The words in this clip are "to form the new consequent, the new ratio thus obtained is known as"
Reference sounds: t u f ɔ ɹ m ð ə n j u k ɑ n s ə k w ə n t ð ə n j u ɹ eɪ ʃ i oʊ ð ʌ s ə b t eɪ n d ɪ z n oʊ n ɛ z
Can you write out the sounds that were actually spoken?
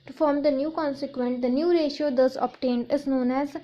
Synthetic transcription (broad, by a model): t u f ɔ ɹ m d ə n j u k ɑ n s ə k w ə n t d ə n j u ɹ eɪ ʃ i oʊ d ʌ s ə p t eɪ n d ɪ z n oʊ n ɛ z